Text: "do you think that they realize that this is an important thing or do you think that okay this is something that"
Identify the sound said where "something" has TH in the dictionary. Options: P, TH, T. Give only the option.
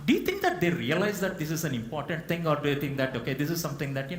T